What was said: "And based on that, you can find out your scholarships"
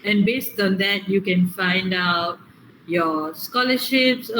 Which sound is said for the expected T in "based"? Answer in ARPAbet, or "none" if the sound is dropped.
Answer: T